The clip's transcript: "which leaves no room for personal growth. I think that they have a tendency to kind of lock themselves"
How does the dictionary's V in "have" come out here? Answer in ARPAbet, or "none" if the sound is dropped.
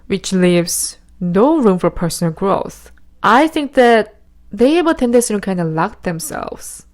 W